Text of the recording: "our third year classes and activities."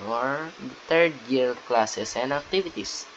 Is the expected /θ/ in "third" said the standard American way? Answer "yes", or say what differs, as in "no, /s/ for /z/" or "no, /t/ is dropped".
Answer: no, /t/ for /θ/